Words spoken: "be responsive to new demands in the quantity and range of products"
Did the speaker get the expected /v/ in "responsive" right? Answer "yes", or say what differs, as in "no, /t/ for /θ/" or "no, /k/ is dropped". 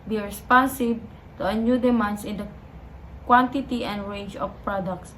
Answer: no, /b/ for /v/